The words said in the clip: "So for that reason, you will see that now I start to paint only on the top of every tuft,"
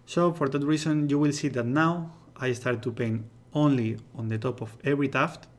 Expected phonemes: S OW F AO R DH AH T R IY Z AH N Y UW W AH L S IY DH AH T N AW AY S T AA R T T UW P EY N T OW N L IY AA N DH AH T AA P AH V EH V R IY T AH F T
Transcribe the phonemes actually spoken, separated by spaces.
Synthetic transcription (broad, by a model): S OW F AO R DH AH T R IY S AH N Y UW W AH L S IY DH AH T N AW AY S T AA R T T UW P EY N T OW N L IY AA N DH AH T AA P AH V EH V R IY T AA F T